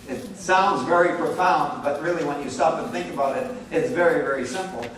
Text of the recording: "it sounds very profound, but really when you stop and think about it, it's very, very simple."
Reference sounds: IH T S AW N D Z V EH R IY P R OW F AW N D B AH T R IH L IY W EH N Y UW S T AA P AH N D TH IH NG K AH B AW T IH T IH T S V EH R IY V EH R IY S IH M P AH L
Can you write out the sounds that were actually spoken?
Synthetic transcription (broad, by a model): IH T S AW N D Z V EH R IY P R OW F AW N D B AH T R IH L IY W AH N Y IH S T AA P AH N TH IH NG K AH B AW T IH T IH T S V EH R IY V EH R IY S IH M P L